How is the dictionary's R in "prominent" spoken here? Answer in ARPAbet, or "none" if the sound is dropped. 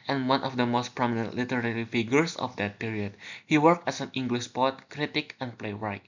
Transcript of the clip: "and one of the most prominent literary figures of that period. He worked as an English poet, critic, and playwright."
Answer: R